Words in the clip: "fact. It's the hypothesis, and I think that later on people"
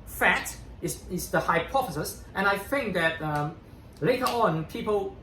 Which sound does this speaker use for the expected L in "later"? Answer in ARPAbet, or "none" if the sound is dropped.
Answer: L